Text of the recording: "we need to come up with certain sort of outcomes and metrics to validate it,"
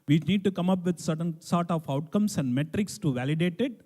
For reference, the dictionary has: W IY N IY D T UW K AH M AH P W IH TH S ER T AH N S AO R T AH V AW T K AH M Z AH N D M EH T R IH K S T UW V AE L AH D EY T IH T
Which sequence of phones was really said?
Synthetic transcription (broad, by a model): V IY N IY D T UW K AH M AH P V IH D S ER T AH N S AO R T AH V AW T K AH M S AH N D M EH T R IH K S T UW V AE L AH D EY T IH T